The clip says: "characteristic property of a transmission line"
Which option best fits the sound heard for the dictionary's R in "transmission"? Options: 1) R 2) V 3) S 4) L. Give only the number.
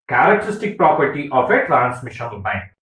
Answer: 4